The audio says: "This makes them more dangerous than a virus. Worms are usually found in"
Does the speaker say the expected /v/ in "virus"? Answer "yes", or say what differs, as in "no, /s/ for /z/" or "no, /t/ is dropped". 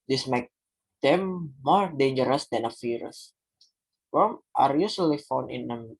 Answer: no, /f/ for /v/